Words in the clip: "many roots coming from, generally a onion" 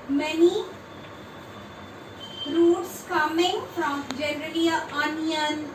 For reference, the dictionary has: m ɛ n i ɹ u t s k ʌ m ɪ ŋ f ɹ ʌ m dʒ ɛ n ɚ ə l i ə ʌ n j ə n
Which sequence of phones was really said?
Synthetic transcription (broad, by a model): m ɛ n i ɹ u t s k ʌ m ɪ ŋ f ɹ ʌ m dʒ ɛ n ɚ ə i ə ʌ n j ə n